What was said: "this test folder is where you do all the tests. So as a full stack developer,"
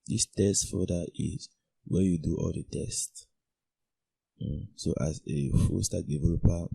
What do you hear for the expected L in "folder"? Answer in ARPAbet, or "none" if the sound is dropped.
none